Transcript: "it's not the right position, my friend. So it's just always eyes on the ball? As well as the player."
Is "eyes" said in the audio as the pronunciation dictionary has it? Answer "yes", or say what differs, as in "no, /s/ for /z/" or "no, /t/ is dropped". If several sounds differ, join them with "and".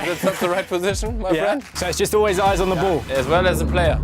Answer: yes